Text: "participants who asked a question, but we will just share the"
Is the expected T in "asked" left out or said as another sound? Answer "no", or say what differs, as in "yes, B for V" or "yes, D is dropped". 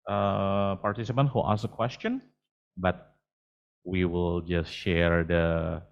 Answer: yes, T is dropped